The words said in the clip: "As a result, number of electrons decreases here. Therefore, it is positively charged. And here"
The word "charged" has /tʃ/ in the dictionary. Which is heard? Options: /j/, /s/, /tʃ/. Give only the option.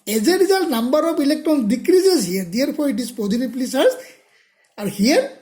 /s/